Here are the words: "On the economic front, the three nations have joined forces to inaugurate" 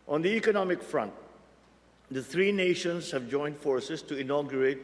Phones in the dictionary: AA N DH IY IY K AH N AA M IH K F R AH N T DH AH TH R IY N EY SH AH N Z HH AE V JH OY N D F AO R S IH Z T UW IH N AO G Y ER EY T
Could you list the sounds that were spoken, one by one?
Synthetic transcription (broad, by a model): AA N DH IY IY K AH N AA M IH K F R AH N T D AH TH R IY N EY SH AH N S HH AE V JH OY N D F AO R S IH S T UW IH N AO G Y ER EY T